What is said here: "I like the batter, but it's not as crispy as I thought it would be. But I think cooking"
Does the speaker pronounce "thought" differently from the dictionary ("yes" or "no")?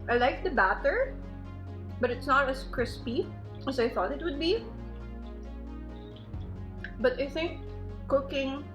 no